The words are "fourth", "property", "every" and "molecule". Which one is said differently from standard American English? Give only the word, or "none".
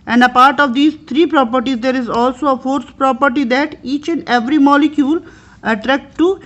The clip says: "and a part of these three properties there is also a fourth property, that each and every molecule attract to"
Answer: fourth